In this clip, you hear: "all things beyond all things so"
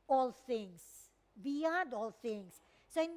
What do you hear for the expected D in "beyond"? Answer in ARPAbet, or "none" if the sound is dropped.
D